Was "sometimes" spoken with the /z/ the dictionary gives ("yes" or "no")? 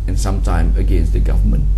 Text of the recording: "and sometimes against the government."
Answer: no